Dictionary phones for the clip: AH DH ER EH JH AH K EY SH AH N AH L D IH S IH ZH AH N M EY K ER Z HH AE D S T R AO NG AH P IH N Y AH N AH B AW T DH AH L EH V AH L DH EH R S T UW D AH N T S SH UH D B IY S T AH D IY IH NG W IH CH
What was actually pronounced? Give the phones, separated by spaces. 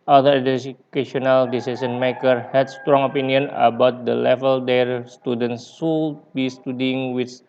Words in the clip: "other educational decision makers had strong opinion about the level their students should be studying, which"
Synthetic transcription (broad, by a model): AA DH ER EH AH K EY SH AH N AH L D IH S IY S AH N M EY K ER HH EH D S T R AO NG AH P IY N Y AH N AH B AW T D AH L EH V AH L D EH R S T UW D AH N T S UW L B IY S T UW D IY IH NG W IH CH